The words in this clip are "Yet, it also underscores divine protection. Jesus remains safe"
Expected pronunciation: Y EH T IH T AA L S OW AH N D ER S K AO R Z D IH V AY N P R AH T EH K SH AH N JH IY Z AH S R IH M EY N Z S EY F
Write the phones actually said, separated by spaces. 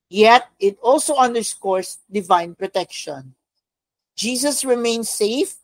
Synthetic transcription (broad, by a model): Y EH T IH T AA L S OW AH N D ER S K AO R S D IH V AY N P R AH T EH K SH AH N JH IY S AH S R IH M EY N S EY F